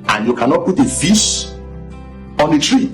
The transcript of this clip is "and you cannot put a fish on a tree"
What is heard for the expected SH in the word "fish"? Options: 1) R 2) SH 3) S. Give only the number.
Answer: 3